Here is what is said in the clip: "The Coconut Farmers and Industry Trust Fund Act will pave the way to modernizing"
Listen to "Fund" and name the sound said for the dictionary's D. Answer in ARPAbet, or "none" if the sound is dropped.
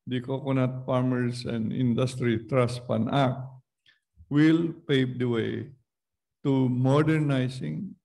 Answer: none